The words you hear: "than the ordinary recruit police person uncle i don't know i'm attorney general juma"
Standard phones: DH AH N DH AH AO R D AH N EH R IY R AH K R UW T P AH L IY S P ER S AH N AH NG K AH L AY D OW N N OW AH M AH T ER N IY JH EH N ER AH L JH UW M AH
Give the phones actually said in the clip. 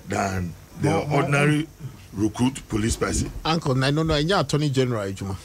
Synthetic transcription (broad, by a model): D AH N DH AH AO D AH N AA R IY R AH K R UW T P AH L IY S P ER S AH AA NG K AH N AY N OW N N OW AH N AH T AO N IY JH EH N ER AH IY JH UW M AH